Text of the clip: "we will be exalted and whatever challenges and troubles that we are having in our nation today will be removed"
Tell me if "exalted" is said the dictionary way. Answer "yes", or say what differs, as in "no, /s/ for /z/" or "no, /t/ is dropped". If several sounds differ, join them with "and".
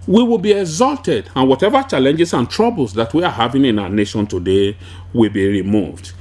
yes